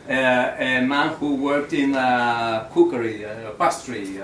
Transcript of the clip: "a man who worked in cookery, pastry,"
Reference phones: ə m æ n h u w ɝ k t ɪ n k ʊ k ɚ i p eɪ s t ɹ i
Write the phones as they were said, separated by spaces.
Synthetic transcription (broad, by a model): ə m æ n h u w ɝ k t ɪ n k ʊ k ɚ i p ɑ s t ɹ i